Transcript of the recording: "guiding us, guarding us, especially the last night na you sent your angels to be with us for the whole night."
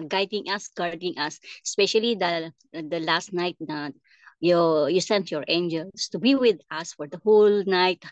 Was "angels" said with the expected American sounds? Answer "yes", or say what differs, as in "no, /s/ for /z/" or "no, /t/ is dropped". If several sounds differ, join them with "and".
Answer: no, /s/ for /z/